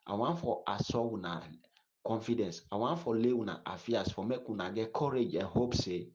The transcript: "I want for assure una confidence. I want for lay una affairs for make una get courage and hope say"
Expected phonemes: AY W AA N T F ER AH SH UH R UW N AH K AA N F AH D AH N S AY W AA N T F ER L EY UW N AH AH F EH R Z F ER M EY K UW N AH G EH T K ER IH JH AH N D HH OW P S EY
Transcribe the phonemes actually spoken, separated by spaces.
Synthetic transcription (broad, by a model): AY W AA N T F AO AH S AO W UW N AH K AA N F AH D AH N S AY W AA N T F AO L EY UW N AH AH F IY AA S F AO M EY K UW N AH G EH T K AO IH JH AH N HH OW P S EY